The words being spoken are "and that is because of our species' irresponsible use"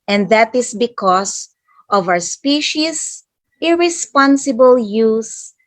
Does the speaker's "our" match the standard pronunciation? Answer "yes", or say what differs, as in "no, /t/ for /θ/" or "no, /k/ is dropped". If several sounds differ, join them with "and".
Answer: no, /w/ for /ɹ/